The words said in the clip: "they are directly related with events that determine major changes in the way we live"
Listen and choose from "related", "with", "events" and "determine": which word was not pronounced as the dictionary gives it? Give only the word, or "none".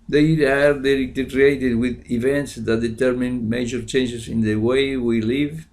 related